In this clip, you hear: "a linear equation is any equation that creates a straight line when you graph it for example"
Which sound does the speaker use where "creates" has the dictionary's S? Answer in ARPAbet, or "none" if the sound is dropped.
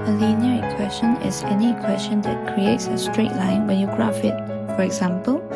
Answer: S